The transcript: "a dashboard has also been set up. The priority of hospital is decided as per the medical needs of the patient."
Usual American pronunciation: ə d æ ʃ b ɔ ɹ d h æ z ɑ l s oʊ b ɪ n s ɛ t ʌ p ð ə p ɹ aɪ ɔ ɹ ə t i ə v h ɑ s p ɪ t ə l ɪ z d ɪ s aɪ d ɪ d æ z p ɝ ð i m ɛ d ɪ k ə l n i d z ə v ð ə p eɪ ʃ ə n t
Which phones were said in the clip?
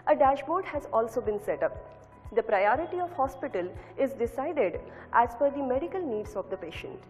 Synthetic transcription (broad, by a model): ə d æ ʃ b ɔ ɹ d h æ z ɑ l s oʊ b ɪ n s ɛ t ʌ p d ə p ɹ aɪ ɔ ɹ ə t i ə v h ɑ s p ɪ t ə l ɪ z d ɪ s aɪ d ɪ d æ z f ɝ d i m ɛ d ɪ k ə l n i d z ə v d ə p eɪ ʃ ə n t